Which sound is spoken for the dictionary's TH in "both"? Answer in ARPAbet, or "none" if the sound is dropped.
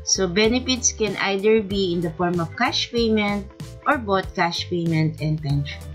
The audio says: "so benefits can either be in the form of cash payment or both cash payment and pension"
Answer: T